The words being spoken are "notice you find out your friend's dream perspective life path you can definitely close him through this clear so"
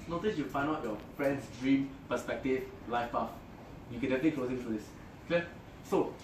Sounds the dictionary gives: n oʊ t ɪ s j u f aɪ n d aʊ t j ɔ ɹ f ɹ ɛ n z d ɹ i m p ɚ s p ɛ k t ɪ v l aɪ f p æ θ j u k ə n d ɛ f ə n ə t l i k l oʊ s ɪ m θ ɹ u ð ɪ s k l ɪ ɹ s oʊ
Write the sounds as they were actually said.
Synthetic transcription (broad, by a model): n oʊ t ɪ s j u f aɪ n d aʊ t j ɔ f ɹ ɛ n s d ɹ i m p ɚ s p ɛ k t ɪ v l aɪ f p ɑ f j u k ə n d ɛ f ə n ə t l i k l oʊ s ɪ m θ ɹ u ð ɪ s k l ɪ s oʊ